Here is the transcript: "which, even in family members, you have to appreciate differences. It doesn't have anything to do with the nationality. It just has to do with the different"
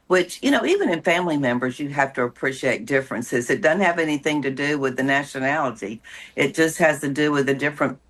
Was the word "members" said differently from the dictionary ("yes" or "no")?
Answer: no